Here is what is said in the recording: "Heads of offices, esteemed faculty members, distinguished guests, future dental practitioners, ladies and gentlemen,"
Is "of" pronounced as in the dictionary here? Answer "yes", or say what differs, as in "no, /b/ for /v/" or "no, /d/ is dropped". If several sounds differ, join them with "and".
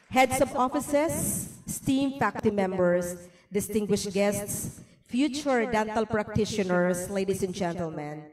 no, /b/ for /v/